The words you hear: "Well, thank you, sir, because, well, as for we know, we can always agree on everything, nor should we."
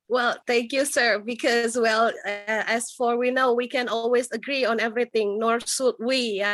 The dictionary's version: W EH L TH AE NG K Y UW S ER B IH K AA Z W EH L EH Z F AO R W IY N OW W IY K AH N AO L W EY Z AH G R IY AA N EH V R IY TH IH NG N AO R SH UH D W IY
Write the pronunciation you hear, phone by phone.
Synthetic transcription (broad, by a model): W EH L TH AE NG K Y UW S ER B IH K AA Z W EH L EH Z F AO R W IY N OW W IY K AH N AO L W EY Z AH G R IY AA N EH V R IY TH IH NG N AO R S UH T W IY